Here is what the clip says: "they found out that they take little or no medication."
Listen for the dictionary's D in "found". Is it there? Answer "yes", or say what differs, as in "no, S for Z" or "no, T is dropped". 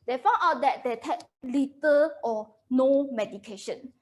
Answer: no, D is dropped